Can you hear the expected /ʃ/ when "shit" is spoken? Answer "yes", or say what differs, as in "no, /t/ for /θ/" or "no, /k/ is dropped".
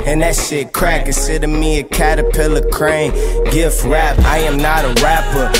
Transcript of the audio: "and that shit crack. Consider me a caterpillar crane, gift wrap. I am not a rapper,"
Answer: no, /s/ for /ʃ/